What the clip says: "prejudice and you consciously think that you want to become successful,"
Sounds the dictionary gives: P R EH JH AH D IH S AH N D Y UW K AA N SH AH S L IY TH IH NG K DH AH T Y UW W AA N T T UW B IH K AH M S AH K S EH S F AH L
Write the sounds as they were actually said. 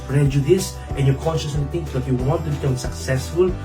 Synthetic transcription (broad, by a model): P R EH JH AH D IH S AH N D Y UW K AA N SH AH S IY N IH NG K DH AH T Y UW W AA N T T UW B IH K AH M S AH K S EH S F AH L